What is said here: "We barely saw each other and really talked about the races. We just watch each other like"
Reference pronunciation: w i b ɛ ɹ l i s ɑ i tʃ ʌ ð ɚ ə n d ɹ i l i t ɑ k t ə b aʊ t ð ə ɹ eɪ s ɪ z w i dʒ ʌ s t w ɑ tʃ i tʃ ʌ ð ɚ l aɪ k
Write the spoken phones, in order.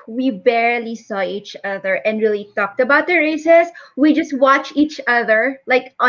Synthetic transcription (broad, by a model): w i b ɛ ɹ l i s ɑ i tʃ ʌ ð ɚ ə n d ɹ i l i t ɑ k t ə b aʊ t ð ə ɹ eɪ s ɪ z w i dʒ ʌ s t w ɑ tʃ i tʃ ʌ ð ɚ l aɪ k